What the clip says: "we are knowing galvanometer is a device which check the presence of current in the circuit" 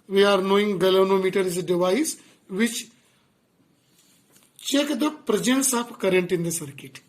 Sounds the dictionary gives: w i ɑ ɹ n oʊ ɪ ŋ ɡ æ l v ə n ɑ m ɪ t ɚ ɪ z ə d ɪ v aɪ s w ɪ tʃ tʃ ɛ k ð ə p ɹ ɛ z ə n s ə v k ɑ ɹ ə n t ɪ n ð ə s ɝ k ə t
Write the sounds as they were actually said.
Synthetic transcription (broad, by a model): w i ɑ ɹ n oʊ ɪ ŋ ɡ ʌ l ə n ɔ m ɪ t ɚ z d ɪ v aɪ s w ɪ tʃ tʃ ɛ k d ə p ɹ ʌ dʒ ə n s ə p k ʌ ɹ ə n t ɪ n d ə s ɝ k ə t